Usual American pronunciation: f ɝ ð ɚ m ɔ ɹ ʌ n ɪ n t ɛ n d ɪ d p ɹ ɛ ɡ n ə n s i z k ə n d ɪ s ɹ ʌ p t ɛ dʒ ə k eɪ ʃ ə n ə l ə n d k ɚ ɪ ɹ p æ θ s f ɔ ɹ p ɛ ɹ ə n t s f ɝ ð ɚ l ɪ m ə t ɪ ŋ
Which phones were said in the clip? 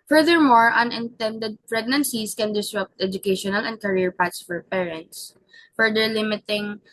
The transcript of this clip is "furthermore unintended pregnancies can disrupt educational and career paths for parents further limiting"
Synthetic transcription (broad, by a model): f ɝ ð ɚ m ɔ ɹ ʌ n ɪ n t ɛ n d ɪ d p ɹ ɛ ɡ n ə n s i s k ə n d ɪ s ɹ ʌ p t ɛ dʒ ə k eɪ ʃ ə n ə l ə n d k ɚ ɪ ɹ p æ t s f ɔ ɹ p ɛ ɹ ə n t s f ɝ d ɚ l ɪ m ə t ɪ ŋ